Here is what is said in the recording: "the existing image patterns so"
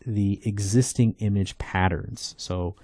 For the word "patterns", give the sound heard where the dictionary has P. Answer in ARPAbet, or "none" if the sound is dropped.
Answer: P